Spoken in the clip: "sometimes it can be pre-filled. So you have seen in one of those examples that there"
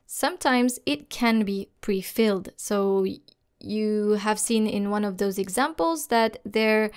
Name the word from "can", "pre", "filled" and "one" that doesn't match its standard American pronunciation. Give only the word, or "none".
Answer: none